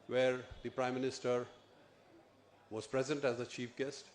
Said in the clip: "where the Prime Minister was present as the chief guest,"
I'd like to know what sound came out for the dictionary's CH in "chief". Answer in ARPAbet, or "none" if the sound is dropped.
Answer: CH